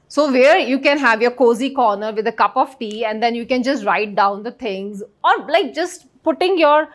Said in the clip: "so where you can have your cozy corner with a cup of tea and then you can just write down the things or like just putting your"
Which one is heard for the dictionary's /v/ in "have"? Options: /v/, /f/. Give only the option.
/v/